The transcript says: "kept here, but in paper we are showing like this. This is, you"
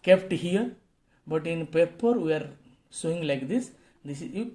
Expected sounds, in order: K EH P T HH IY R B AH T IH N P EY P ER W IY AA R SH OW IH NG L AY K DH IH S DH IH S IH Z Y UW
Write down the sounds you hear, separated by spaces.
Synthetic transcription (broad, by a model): K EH P T HH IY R B AH T IH N P EY P ER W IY AA R S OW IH NG L AY K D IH S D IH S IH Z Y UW